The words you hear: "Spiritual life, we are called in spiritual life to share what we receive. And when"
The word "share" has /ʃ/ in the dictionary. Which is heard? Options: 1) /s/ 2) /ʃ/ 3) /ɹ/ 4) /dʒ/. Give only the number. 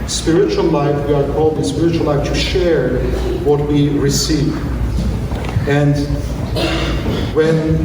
2